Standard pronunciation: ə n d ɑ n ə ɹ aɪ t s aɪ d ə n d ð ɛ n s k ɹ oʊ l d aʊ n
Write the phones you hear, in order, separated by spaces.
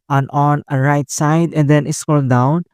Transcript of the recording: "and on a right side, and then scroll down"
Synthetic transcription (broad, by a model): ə n ɑ n ə ɹ aɪ t s aɪ d ə n d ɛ n s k oʊ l d aʊ n